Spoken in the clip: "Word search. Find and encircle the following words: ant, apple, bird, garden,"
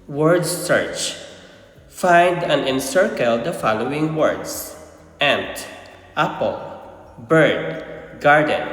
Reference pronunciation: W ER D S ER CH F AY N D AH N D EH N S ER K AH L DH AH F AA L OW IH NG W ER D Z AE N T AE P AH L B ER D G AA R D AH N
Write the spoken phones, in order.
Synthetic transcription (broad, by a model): W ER D S ER CH F AY N D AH N EH N S ER K AH L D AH F AA L OW IH NG W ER D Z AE N T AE P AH L B ER D G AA R D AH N